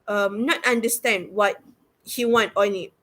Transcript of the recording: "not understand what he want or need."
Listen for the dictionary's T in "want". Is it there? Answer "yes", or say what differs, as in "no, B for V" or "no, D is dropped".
yes